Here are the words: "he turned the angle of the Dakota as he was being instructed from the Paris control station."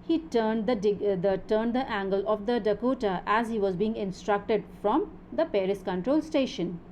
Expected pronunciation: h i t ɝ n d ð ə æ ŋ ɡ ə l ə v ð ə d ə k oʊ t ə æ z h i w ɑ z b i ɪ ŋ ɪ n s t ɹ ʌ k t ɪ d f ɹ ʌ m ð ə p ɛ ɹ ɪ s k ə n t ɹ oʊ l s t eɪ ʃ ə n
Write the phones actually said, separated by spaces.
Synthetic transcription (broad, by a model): h i t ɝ n d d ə æ ŋ ɡ ə l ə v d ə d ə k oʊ t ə æ z h i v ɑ z b i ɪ ŋ ɪ n s t ɹ ʌ k t ɪ d f ɹ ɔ m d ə p ɛ ɹ ɪ s k ə n t ɹ oʊ l s t eɪ ʃ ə n